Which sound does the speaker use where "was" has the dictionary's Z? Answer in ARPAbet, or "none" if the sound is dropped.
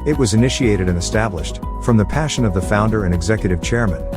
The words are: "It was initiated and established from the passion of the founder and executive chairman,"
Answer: Z